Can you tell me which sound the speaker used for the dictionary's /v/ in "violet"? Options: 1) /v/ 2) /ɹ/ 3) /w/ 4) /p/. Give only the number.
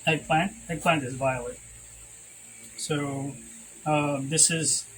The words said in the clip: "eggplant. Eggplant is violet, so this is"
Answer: 1